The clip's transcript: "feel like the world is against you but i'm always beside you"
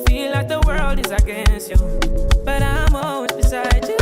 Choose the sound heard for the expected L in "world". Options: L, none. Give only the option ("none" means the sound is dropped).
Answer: L